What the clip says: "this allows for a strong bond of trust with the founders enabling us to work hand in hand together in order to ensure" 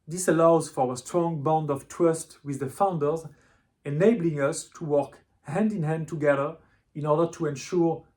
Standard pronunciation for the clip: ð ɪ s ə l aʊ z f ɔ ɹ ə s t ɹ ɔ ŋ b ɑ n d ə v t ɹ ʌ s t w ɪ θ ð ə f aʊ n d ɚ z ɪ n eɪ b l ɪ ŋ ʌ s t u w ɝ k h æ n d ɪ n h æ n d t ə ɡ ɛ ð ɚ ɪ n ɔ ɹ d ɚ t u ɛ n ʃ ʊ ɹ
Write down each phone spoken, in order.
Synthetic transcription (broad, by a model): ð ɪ s ə l aʊ z f ɔ ɹ ə s t ɹ ɔ ŋ b ɑ n d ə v t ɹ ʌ s t w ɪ ð ə f aʊ n d ɚ z ɪ n eɪ b l ɪ ŋ ʌ s t u w ɝ k h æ n d ɪ n h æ n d t ə ɡ ɛ ð ɚ ɪ n ɔ ɹ d ɚ t u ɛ n ʃ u ɹ